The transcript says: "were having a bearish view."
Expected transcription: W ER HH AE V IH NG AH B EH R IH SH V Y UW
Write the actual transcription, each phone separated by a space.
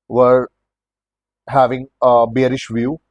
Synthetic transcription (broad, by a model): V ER HH AE V IH NG AH B EH R IH SH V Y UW